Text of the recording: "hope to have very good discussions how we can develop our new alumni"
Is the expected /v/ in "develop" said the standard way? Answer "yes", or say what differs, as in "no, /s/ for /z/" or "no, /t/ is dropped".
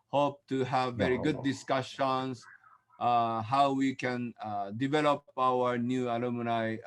yes